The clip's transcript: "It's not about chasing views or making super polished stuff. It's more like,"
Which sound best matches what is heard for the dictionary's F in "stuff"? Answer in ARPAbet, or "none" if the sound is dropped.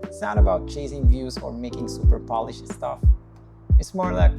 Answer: F